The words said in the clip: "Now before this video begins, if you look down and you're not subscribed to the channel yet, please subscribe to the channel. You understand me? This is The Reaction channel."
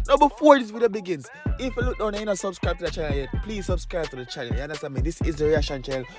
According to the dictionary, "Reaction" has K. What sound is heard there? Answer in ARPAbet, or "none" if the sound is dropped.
none